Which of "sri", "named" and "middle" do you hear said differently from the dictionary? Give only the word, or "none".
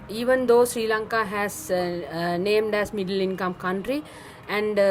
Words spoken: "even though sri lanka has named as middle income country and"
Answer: none